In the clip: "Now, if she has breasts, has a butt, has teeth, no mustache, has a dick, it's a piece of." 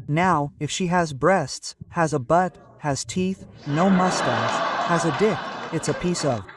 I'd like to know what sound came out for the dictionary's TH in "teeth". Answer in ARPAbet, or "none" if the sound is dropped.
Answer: TH